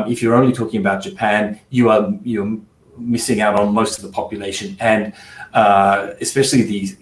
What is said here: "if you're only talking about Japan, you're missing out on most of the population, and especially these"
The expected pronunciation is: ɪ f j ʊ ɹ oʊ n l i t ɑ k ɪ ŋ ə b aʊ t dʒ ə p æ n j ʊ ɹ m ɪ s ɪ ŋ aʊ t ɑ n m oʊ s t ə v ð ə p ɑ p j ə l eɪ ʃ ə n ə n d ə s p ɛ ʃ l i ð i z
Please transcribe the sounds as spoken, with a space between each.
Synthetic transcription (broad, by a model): ɪ f j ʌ ɹ oʊ n l i t ɑ k ɪ ŋ ə b aʊ t dʒ ə p æ n j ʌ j m ɪ s ɪ ŋ aʊ t n m oʊ s t ə v ð ə p ɑ p j ə l eɪ ʃ ə n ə n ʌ ə s p ɛ ʃ l i ð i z